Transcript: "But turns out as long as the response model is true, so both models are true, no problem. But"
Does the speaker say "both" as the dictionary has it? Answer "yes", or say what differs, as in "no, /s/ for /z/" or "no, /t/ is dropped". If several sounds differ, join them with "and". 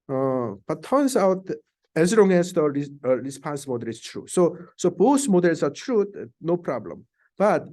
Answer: no, /s/ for /θ/